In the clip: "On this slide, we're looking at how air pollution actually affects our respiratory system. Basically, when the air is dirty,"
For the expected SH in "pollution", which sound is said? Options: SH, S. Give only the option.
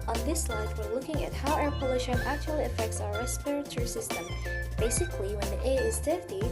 SH